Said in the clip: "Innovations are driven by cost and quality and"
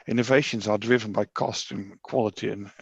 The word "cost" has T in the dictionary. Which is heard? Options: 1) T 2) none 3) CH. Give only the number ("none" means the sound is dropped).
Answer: 1